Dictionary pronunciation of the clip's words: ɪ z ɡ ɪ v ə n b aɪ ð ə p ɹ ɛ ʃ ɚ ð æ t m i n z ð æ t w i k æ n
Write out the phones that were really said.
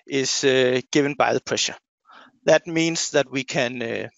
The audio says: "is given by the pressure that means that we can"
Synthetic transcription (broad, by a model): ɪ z ɡ ɪ v ə n b aɪ ð ə p ɹ ɛ ʃ ɚ ð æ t m i n s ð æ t w i k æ n